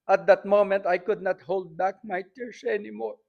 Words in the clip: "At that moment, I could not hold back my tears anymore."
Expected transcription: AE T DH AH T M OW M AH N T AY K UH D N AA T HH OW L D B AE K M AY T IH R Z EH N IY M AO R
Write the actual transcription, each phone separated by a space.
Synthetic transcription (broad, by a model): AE T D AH T M OW M AH N T AY K UH D N AA T HH OW L D B AE K M AY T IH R S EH N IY M AO R